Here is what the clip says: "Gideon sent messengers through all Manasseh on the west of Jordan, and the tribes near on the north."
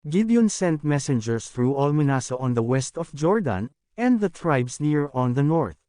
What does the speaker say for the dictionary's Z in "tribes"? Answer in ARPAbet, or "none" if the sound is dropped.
S